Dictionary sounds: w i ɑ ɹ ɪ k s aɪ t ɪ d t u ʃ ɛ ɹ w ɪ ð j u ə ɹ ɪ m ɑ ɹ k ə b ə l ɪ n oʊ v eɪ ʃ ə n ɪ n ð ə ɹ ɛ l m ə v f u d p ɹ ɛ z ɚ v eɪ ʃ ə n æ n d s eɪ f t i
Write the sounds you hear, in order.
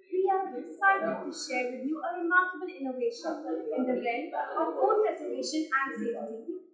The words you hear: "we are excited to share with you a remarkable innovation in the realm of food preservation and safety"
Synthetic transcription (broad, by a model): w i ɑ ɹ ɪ s aɪ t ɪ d t u ʃ ɛ ɹ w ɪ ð j u ə ɹ ɪ m ɑ ɹ k ə b ə l ɪ n oʊ v eɪ ʃ ə n ɪ n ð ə l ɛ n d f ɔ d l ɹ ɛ s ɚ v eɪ ʃ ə n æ n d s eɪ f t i